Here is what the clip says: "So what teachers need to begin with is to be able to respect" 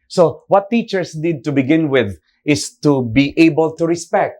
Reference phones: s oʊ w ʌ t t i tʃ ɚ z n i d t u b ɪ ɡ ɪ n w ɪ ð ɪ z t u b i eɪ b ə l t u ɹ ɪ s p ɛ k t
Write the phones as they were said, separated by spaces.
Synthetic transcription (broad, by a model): s oʊ w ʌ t t i tʃ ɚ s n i d t u b ɪ ɡ ɪ n w ɪ ð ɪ s t u b i eɪ b ə l t u ɹ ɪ s p ɛ k t